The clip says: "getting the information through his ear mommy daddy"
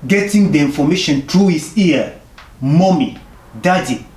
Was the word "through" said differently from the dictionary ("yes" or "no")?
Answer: yes